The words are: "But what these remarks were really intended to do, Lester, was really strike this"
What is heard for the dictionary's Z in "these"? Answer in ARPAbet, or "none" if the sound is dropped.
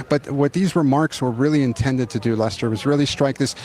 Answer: Z